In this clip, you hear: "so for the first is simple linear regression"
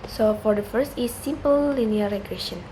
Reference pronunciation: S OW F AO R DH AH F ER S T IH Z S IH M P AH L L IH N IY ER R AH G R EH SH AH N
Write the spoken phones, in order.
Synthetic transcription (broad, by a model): S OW F AO R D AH F ER S T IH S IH M P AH L L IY N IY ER R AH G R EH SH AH N